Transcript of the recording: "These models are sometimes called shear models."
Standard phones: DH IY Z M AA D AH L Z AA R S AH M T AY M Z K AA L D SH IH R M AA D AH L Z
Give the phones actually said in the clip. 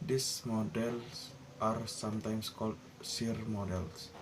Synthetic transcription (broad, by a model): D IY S M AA D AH L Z AA R S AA M T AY M S K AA L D S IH R M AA D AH L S